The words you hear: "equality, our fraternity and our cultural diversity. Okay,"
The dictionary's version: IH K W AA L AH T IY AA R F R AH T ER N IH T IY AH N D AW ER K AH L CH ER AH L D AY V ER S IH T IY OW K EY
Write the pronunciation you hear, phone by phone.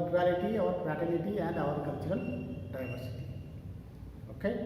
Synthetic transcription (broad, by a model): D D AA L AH T IY AA R P R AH T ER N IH T IY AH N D AW ER K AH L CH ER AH L D AY V ER S IH T IY OW K EY